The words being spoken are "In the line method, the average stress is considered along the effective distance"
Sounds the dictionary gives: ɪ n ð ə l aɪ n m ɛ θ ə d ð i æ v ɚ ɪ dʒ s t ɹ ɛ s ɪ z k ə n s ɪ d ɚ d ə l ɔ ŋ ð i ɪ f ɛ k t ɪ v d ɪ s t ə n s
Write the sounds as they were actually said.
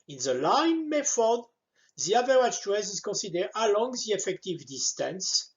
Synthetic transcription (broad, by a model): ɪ n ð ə l aɪ n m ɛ f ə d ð i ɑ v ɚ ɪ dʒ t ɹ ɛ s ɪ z k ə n s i d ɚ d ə l ɔ ŋ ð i ɪ f ɛ k t ɪ v d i s t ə n s